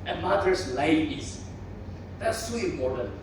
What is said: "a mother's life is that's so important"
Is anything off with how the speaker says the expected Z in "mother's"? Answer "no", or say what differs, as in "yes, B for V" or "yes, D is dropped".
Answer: yes, S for Z